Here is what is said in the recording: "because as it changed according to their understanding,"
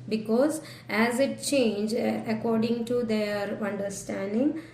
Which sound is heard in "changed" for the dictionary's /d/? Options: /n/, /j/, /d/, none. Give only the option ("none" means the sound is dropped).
none